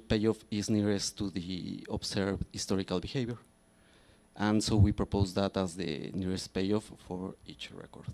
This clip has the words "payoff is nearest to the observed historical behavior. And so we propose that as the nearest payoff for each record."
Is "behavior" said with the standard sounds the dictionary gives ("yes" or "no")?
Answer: no